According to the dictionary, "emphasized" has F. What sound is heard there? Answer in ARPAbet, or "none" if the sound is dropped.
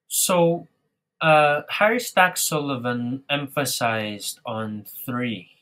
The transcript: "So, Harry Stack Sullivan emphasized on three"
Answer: F